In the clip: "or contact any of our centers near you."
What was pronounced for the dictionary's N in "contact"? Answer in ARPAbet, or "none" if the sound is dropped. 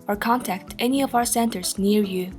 N